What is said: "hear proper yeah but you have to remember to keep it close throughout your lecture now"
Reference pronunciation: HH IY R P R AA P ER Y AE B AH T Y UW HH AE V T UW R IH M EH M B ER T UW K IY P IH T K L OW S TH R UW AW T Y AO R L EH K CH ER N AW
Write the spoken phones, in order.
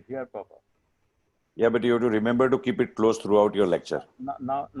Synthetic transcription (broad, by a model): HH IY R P AA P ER Y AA B AH T Y UW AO T UW R IH M EH M B ER T UW K IY P IH T K L OW S T R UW AW T Y AO R L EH K CH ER N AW